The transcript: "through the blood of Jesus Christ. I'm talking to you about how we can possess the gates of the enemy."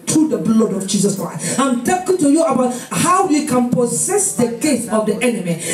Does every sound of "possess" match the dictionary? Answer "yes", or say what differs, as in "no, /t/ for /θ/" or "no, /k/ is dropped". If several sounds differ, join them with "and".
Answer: no, /s/ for /z/